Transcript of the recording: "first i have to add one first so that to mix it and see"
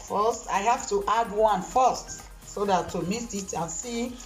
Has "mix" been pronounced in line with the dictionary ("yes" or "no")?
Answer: no